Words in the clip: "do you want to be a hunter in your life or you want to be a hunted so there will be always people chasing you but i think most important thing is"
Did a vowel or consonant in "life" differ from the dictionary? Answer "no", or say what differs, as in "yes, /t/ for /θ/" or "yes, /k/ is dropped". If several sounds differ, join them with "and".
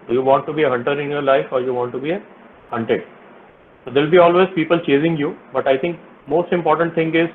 no